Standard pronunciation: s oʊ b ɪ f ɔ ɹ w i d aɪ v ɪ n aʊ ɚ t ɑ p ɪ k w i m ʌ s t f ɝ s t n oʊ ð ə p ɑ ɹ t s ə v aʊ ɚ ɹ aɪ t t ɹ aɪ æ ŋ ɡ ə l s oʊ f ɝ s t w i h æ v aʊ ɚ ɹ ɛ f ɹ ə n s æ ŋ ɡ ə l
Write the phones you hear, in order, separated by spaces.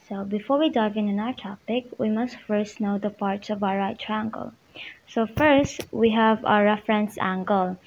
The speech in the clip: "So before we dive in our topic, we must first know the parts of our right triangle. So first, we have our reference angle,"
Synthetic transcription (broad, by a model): s oʊ b ɪ f ɔ ɹ w i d aɪ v ɪ n aʊ ɚ t ɑ p ɪ k w i m ʌ s t f ɝ s t n oʊ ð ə p ɑ ɹ t s ə v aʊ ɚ ɹ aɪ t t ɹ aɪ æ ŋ ɡ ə l s oʊ f ɝ s t w i h æ v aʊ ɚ ɹ ɛ f ɹ ə n s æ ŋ ɡ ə l